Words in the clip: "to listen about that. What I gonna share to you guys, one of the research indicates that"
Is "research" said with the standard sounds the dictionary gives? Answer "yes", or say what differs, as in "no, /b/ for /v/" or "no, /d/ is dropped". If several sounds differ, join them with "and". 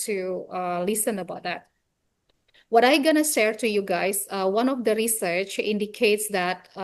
yes